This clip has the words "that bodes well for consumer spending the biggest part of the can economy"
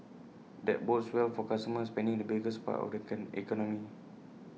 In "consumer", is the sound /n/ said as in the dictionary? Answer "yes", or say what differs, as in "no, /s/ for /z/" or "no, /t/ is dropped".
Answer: no, /n/ is dropped